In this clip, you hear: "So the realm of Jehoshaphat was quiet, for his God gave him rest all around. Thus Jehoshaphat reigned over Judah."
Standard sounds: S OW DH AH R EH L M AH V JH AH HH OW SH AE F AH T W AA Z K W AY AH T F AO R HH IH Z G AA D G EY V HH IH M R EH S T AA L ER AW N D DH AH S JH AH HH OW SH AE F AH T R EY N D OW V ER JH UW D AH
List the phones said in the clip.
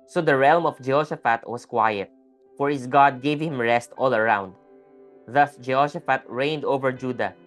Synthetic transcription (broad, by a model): S OW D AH R EH L M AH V JH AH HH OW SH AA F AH T W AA S K W AY AH T F AO R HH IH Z G AA D G EY V HH IH M R EH S T AA L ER AW N D DH AH S JH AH HH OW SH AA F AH T R EY N D OW V ER JH UW D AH